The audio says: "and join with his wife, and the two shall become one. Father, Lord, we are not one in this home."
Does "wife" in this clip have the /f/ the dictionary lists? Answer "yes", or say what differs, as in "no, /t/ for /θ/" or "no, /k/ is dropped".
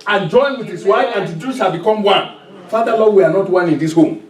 no, /f/ is dropped